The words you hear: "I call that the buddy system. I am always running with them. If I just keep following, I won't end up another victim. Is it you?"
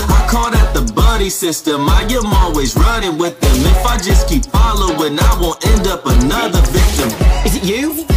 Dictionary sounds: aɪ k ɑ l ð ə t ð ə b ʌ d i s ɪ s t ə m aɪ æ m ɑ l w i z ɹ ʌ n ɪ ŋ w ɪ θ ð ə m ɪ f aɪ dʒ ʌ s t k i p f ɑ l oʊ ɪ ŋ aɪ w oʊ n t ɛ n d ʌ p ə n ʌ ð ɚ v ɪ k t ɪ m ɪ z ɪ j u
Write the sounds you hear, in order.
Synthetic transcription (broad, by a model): aɪ k ɑ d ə t ð ə b ʌ d i s ɪ s t ə m aɪ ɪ m ɑ l w i z ɹ ʌ n ɪ ŋ w ɪ ð ə m ɪ f aɪ dʒ ʌ s k i p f ɑ l oʊ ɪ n aɪ w oʊ n t ɛ n d ʌ p ə n ʌ ð ɚ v ɪ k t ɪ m ɪ z ɪ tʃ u